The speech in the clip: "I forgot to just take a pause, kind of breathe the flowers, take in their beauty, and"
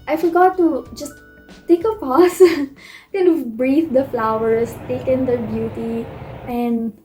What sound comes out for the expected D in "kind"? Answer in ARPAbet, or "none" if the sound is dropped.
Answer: none